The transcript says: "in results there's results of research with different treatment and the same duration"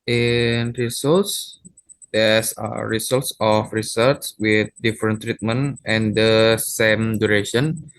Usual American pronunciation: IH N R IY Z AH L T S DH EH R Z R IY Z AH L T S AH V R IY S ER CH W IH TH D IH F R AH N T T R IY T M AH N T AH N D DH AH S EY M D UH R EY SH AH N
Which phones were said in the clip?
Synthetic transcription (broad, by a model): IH N R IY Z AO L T S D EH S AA R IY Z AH L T S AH F R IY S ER S W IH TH D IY F R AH N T T R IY T M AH N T AH N D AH S EY M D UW R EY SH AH N